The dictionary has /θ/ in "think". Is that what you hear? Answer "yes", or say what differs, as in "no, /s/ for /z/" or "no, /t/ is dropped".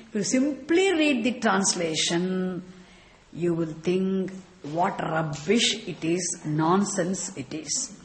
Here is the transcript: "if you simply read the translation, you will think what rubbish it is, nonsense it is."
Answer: no, /t/ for /θ/